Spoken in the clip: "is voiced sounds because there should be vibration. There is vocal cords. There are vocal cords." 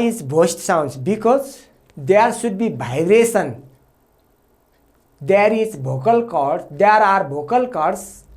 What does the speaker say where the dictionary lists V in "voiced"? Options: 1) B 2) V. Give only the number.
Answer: 1